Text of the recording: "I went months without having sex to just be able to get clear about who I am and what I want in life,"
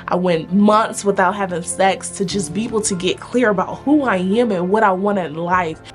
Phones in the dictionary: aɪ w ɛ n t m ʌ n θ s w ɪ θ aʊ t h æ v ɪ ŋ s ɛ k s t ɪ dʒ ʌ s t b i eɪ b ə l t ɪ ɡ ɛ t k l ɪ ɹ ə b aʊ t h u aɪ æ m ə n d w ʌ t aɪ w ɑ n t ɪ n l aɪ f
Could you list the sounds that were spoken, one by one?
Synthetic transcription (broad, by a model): aɪ w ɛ n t m ʌ n θ s w ɪ θ aʊ t h æ v ɪ ŋ s ɛ k s t ɪ dʒ ʌ s b i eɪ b l t ɪ ɡ ɛ t k l ɪ ɹ ə b aʊ t h u aɪ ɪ m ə n w ʌ t aɪ w ɑ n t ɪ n l aɪ f